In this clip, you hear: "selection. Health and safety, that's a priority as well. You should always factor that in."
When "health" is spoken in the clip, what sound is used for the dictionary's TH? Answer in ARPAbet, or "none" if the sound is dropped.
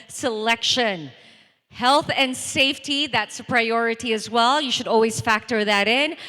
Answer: TH